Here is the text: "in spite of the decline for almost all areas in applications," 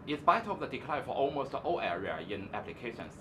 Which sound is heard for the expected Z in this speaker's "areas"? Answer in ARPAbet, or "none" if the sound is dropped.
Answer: none